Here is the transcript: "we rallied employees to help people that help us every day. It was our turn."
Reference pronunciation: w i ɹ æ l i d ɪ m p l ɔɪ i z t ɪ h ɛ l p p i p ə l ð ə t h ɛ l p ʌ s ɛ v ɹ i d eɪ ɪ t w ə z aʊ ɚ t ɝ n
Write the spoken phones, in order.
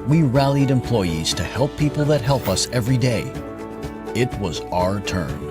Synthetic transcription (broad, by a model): w i ɹ æ l i d ɪ m p l ɔɪ i z t ɪ h ɛ l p p i p l ð ə t h ɛ l p ʌ s ɛ v ɹ i d eɪ ɪ t w ə z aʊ ɚ t ɝ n